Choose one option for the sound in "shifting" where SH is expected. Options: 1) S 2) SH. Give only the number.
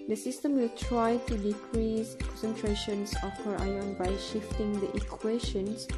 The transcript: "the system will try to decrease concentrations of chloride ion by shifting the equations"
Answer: 2